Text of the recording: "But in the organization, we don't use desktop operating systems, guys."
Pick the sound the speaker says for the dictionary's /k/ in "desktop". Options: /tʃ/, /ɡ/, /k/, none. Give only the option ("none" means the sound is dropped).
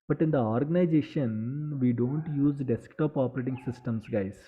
/k/